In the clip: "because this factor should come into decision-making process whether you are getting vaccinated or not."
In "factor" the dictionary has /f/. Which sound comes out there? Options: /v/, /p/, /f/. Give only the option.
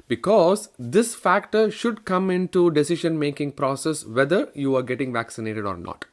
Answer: /f/